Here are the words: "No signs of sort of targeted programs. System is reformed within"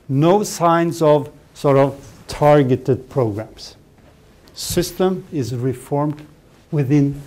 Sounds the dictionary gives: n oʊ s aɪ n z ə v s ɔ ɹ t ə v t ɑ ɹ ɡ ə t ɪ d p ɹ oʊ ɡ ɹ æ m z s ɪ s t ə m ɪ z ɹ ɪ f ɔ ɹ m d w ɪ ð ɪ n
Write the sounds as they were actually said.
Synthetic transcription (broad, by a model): n oʊ s aɪ n z ə v s ɔ ɹ t ə v t ɑ ɹ ɡ ə t ɪ d p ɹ oʊ ɡ ɹ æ m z s ɪ s t ə m ɪ z ɹ ɪ f ɔ ɹ m d w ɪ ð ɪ n